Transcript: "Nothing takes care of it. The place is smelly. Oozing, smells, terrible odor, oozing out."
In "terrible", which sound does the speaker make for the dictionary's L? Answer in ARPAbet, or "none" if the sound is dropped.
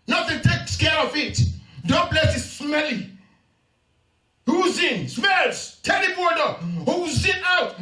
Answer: N